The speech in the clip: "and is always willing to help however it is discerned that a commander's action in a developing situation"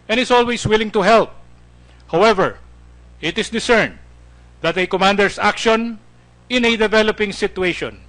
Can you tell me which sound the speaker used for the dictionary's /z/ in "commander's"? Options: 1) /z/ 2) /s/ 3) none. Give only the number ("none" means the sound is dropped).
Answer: 2